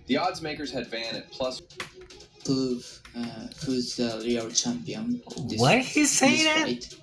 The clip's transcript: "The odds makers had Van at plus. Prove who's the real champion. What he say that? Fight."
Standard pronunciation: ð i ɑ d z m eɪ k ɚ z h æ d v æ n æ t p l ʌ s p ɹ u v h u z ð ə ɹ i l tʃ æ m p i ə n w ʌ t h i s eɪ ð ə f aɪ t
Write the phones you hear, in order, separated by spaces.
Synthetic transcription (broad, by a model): ð i ɑ d z m eɪ k ɚ z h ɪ d v æ n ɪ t p l ʌ s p u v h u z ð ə l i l tʃ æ m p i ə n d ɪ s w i s eɪ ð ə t